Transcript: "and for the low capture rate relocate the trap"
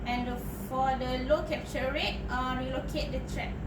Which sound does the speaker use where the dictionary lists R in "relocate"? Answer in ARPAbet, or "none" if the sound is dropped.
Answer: W